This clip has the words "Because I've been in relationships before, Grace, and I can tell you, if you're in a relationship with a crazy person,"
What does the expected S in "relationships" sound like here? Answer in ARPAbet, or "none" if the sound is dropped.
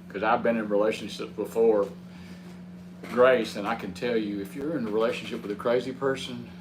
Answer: none